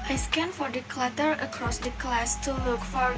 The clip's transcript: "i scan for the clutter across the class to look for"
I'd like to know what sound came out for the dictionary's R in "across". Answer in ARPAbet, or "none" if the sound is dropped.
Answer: R